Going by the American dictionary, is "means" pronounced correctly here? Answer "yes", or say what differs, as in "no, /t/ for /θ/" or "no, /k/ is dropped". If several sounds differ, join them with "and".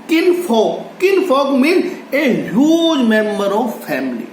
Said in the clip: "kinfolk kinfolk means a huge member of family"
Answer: no, /z/ is dropped